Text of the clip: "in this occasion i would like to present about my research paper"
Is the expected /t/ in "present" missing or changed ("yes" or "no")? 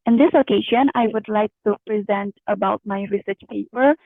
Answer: no